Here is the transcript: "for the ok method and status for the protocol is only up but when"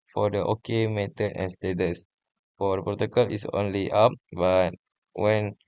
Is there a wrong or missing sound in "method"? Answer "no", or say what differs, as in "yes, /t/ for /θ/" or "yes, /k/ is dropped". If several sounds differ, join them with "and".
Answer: yes, /t/ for /θ/